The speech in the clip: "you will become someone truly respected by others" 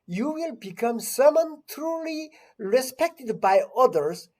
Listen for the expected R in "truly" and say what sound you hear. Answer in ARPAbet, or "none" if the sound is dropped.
R